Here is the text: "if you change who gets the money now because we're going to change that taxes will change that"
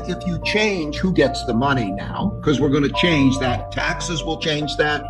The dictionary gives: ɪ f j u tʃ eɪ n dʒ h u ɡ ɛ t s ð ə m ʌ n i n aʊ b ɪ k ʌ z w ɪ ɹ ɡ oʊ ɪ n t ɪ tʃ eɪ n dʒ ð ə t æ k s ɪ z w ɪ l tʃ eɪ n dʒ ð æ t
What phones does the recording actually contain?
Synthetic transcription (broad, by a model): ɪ f j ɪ tʃ eɪ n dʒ h u ɡ ɛ t s ð ə m ʌ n i n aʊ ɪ k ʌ z w ɪ ɹ ɡ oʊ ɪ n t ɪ tʃ eɪ n dʒ ð ə t æ k s ɪ z w ɪ l tʃ eɪ n dʒ ð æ t